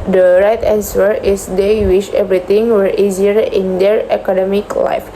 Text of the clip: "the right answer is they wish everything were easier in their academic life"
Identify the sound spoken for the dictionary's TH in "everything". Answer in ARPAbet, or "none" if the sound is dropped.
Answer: T